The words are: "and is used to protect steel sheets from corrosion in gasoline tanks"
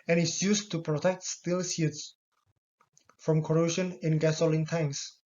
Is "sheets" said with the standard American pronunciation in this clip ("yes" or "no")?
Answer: no